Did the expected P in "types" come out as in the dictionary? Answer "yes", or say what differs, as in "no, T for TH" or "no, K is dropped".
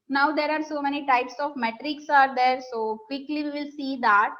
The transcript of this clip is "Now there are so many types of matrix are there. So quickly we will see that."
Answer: yes